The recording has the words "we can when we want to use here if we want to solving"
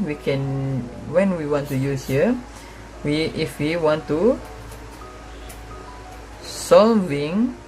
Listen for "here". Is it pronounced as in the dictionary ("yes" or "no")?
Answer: no